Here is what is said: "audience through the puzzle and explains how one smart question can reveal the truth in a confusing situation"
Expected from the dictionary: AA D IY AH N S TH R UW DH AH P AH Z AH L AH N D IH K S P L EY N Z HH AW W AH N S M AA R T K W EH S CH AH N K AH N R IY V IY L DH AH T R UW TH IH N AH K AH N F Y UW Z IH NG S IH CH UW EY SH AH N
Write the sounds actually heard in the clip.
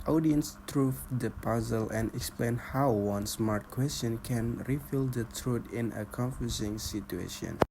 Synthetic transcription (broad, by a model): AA D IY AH N S T R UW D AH P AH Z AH L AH N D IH K S P L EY N HH AW W AH N S M AA R T K W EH S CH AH N K AH N R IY F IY L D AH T R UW T IH N AH K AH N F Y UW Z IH NG S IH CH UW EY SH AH N